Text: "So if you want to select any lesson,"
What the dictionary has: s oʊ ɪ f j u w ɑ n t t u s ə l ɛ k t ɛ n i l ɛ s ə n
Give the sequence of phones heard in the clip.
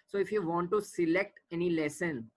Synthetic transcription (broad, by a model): s oʊ ɪ f j u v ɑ n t t u s ə l ɛ k t ɛ n i l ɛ s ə n